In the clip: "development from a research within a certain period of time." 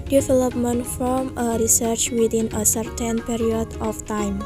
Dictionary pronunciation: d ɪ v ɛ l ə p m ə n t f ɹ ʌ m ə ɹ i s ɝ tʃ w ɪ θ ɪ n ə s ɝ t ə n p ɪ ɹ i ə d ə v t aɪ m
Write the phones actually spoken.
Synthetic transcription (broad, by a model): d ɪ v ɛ l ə p m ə n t f ɹ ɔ m ə ɹ i s ɝ tʃ w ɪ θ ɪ n ə s ɝ t ə n p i ɹ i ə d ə f t aɪ m